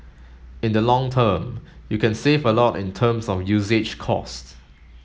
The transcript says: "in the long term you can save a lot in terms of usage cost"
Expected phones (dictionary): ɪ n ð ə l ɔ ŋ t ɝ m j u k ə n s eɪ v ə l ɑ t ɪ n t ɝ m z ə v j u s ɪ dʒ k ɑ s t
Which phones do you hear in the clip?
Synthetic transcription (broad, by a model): ɪ n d ə l ɔ ŋ t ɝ m j u k ə n s eɪ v ə l ɑ t ɪ n t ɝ m s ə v j u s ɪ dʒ k ɑ s t